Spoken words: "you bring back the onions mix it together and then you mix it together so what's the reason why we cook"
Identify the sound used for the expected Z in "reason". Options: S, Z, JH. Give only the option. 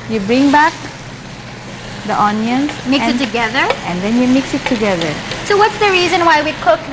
Z